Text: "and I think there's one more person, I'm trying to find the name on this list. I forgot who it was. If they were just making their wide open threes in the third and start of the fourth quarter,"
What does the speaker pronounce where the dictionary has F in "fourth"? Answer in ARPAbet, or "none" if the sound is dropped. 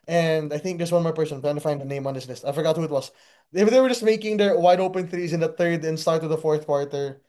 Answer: F